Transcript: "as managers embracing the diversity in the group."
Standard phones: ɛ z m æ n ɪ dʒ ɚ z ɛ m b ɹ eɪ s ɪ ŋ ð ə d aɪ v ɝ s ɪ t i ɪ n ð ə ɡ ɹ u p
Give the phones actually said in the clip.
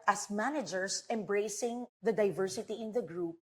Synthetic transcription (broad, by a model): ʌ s m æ n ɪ dʒ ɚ s ɛ m b ɹ eɪ s ɪ ŋ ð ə d aɪ v ɝ s ɪ t i ɪ n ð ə ɡ ɹ u p